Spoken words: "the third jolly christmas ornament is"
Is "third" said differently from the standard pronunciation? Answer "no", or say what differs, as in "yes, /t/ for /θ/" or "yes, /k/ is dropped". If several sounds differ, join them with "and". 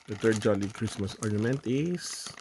yes, /t/ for /θ/